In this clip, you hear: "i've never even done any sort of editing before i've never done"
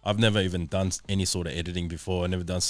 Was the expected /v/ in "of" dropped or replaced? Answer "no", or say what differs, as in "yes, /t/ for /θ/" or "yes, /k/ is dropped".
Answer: no